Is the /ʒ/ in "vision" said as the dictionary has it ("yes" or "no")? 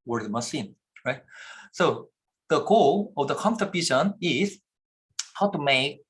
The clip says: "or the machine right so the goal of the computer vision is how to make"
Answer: no